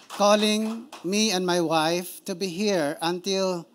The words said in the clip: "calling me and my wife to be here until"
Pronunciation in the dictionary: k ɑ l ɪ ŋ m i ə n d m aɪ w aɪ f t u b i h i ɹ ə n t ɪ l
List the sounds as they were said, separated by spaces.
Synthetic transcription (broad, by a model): k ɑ l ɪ ŋ m i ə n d m aɪ w aɪ f t u b i h i ɹ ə n t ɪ l